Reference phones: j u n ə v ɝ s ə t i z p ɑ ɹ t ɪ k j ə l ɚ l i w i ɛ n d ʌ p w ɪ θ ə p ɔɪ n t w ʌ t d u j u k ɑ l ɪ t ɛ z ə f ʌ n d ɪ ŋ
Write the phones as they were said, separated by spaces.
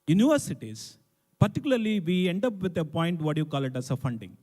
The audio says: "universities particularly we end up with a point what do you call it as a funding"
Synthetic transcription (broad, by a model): j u n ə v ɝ s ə t i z p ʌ ɹ t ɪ k j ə l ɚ l i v i ɛ n d ʌ p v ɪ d ə p ɔɪ n t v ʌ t j u k ɑ l ɪ t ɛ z ə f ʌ n d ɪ ŋ